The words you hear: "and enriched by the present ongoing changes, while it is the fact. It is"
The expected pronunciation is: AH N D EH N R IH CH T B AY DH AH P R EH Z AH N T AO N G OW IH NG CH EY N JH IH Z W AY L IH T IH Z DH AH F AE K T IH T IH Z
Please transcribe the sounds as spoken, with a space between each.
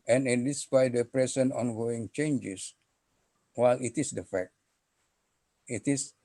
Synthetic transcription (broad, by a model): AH N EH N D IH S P AY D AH P R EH S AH N AO N G OW IH NG CH EY N JH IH S W AY L IH T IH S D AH F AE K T IH T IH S